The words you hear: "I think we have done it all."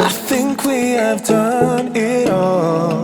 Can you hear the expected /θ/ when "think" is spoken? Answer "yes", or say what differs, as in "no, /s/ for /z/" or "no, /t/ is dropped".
yes